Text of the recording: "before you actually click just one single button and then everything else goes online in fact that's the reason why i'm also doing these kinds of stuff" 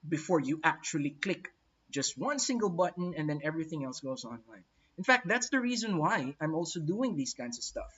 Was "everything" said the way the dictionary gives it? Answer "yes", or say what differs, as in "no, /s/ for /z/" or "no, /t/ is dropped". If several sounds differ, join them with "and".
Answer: yes